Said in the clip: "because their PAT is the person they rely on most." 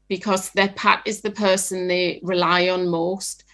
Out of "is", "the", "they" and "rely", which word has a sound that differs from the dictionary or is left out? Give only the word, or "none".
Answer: none